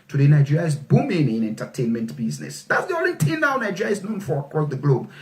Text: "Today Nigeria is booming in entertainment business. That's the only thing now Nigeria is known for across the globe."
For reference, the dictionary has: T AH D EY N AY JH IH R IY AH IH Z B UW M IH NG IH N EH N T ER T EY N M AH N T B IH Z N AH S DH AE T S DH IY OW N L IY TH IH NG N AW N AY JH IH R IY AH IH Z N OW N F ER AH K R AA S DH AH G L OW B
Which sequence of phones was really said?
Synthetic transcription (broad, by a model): T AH D EY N AY JH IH R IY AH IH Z B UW M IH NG IH N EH N T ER T EY N M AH N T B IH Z N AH S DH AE T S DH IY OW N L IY T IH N N AW N AY JH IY R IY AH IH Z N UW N F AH K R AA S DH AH G L OW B